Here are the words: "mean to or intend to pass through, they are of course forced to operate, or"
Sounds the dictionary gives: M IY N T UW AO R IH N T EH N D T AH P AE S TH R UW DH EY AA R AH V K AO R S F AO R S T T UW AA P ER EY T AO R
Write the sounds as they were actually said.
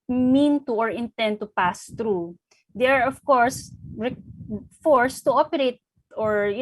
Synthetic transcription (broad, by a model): M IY N T UW AO R IH N T EH N D T AH P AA S T R UW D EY AA R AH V K AO R S F AO R S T T UW AA P ER EY T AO R